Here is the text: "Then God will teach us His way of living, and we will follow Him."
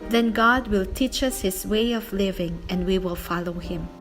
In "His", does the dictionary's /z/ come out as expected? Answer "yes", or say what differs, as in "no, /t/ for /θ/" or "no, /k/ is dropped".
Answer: no, /s/ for /z/